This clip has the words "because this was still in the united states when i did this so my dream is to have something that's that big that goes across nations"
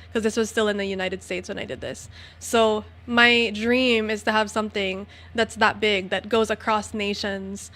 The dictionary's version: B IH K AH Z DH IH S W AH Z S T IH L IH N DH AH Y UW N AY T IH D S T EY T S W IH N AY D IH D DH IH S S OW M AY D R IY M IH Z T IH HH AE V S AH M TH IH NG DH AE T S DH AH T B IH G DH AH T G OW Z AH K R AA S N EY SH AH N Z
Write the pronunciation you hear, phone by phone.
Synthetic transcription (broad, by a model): K AH Z DH IH S W AH Z S T IH L IH N DH AH Y UW N AY T IH D S T EY T S W IH N AY D IH D DH IH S S OW M AY D R IY M IH Z T IH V S AH M TH IH NG DH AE T S DH AH T B IH G DH AH T G OW Z AH K R AA S N EY SH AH N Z